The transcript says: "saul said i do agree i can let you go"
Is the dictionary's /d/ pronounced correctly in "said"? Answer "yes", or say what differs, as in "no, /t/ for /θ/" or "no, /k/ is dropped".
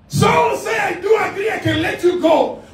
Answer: no, /d/ is dropped